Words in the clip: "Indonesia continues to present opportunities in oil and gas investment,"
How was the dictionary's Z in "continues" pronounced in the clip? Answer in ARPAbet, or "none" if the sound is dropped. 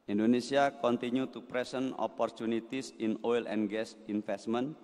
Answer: none